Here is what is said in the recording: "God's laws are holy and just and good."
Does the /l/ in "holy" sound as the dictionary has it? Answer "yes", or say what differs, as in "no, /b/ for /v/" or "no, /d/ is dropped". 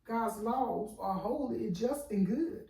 no, /l/ is dropped